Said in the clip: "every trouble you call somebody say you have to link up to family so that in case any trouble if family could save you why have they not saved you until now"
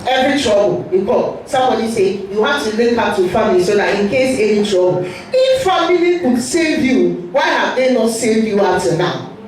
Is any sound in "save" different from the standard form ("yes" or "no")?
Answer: no